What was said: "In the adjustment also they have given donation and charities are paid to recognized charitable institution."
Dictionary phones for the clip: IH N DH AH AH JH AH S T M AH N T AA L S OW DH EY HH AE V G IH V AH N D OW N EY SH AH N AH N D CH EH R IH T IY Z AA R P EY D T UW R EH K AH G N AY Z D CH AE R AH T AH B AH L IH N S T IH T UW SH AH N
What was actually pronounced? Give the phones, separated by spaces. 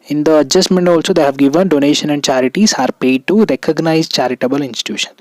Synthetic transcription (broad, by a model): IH N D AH AH JH AH S T M AH N T AA L S OW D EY HH AE V G IH V AH N D OW N EY SH AH N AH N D CH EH R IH T IY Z AA R P EY D T UW R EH K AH G N AY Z CH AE R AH T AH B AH L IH N S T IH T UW SH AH N